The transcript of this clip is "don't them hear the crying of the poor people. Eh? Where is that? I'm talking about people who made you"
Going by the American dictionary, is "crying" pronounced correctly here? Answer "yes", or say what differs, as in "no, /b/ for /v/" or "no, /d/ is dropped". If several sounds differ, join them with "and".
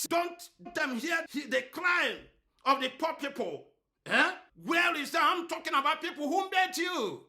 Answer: no, /l/ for /ɹ/